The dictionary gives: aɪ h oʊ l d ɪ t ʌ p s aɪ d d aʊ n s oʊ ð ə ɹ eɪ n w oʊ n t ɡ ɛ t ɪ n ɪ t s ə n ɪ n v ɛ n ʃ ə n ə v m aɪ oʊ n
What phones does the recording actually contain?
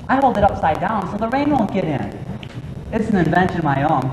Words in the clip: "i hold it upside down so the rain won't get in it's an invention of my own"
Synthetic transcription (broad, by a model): aɪ h oʊ l d ɪ t ʌ p s aɪ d d aʊ n s oʊ ð ə ɹ eɪ n w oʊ n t ɡ ɛ t ɪ n ɪ t s n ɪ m v ɛ n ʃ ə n ə v m aɪ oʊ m